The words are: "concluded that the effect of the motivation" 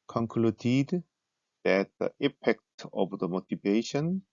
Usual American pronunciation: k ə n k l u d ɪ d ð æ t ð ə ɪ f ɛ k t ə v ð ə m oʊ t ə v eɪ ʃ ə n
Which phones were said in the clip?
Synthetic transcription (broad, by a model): k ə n k l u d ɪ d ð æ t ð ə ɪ p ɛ k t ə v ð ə m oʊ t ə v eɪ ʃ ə n